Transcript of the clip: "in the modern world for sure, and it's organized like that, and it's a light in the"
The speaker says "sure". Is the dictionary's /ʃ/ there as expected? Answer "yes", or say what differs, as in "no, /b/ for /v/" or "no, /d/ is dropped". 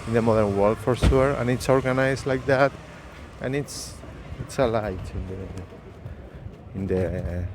no, /s/ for /ʃ/